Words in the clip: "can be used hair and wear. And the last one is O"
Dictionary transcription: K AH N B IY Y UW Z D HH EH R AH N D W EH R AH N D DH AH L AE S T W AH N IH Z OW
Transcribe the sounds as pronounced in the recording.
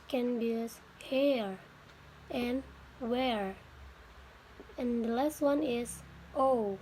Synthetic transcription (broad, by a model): K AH N B IY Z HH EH R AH N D W EH R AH N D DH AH L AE S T W AH N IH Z OW